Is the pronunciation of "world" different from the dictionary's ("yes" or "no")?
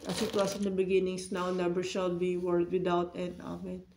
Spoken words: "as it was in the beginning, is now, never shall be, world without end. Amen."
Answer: yes